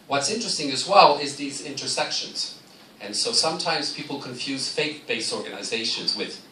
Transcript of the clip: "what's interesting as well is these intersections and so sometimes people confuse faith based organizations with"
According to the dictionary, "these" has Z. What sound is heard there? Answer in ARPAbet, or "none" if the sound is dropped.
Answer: Z